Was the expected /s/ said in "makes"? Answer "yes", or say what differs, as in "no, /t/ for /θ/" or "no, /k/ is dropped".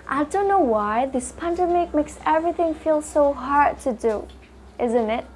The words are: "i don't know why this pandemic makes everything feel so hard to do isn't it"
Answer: yes